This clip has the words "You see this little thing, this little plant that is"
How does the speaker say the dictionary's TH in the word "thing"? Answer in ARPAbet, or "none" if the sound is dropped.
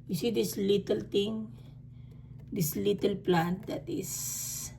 T